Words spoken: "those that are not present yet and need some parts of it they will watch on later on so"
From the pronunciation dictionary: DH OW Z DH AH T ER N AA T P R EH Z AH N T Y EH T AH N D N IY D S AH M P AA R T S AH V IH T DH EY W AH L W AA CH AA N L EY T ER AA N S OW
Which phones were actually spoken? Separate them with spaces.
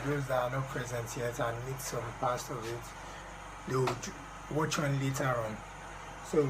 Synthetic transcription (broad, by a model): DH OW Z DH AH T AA N AA T P R EH Z AH N T Y EH T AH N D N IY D S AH M P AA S T AH V IH T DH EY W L W AA CH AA N L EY T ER AA N S OW